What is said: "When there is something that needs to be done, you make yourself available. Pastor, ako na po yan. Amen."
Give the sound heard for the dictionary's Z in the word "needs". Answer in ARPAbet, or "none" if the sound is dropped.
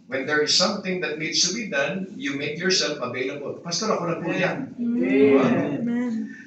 S